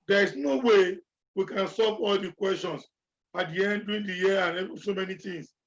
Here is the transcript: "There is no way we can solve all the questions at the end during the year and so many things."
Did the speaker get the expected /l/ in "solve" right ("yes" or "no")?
no